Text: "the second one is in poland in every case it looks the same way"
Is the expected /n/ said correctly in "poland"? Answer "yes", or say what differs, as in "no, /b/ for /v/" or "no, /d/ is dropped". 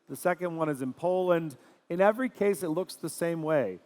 yes